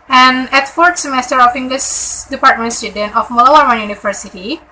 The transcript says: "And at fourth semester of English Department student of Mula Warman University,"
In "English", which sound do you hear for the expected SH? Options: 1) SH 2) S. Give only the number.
2